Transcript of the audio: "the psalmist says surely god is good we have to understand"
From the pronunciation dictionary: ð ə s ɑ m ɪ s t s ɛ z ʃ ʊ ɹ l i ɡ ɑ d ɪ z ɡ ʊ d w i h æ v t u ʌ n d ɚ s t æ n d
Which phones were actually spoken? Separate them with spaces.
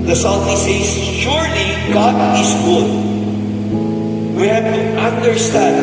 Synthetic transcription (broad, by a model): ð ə s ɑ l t s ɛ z ʃ ʊ ɹ l i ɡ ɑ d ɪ s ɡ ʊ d w i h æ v t u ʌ n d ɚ s t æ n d